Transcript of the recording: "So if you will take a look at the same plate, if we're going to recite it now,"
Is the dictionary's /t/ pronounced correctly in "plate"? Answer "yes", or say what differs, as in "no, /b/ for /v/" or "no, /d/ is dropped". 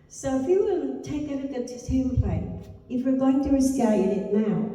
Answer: no, /t/ is dropped